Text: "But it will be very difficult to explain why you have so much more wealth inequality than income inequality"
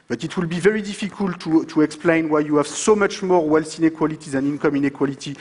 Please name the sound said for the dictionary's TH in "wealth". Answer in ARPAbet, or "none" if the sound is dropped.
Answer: S